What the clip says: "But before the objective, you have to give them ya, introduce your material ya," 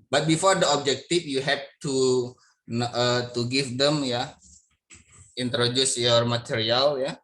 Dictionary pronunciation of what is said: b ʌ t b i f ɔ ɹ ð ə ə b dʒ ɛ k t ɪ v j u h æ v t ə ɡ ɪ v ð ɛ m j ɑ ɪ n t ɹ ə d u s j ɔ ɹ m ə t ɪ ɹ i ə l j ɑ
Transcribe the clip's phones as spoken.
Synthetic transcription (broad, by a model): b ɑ t b i f ɔ ɹ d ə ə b dʒ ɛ k t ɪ f j u h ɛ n t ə ɡ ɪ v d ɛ m j ɑ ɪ n t ɹ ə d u s j ɔ ɹ m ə t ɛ ɹ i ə l j ɑ